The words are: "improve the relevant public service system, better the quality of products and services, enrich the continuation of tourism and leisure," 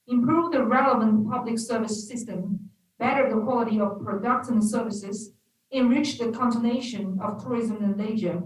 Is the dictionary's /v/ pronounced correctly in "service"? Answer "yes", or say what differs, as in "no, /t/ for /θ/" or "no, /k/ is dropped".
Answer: yes